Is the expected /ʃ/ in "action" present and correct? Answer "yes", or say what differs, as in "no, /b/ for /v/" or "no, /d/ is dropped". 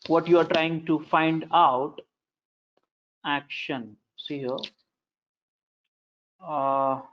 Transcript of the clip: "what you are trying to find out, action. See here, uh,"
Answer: yes